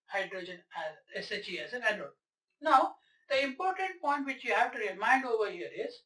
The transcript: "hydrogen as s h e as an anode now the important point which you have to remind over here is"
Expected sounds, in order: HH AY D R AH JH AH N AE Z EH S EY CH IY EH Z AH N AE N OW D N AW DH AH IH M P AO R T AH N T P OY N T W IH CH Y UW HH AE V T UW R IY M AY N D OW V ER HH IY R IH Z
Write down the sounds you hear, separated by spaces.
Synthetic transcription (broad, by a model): HH AY D R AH JH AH N AE Z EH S EY CH IY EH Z AH N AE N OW N AW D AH IH M P AO R T AH N T P OY N T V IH CH Y UW HH AE V T UW R IY M AY N D OW V ER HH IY R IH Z